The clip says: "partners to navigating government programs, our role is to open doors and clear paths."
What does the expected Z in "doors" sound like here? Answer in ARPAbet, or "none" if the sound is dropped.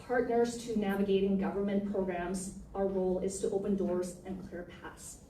Z